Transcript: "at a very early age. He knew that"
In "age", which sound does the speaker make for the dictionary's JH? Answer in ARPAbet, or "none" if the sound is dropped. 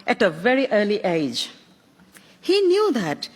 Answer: JH